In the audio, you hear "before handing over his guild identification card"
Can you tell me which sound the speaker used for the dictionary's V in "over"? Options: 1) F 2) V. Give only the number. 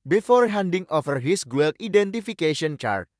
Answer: 1